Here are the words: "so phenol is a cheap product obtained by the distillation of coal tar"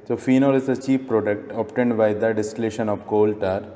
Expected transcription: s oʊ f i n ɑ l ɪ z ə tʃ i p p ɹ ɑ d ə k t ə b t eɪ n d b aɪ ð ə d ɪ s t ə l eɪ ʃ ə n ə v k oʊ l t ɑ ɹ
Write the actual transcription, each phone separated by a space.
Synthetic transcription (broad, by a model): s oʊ f i n ɑ l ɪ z ə tʃ i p p ɹ ɑ d ə k t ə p t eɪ n d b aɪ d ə d ɪ s t ə l eɪ ʃ ə n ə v k oʊ l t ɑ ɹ